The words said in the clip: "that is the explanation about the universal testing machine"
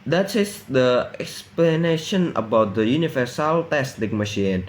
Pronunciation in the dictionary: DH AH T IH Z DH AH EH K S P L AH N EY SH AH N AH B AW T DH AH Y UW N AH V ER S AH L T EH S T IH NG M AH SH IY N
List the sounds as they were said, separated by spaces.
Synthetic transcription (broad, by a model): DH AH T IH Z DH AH EH K S P L AH N EY SH AH N AH B AW T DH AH Y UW N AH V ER S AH L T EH S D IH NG M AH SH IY N